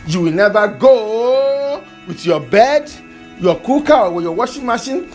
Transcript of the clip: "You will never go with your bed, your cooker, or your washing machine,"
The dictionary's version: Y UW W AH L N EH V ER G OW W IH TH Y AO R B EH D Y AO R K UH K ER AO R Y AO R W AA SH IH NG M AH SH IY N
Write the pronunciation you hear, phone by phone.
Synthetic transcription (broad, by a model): Y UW W AH L N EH V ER G OW W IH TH Y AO B EH D Y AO K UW K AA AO W Y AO W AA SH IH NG M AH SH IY N